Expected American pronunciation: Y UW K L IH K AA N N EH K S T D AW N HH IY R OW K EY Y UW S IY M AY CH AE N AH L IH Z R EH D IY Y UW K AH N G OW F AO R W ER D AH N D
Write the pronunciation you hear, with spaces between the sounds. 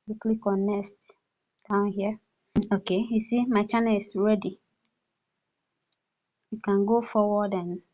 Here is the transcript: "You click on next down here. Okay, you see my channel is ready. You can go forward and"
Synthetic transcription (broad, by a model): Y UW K L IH K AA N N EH S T D AW N HH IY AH OW K EY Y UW S IY M AY CH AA N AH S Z R EH D IY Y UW K AH N G OW F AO W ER D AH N